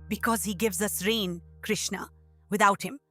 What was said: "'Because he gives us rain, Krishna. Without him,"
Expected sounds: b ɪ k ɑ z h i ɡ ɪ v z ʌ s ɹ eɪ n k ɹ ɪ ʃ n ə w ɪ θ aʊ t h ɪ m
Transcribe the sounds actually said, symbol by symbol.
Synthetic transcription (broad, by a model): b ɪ k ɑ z h i ɡ ɪ v z ʌ s ɹ eɪ n k ɹ ɪ ʃ n ə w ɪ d aʊ t h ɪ m